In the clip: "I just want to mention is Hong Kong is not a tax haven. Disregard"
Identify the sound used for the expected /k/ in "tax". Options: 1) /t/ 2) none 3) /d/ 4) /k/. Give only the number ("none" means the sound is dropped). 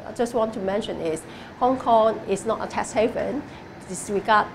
2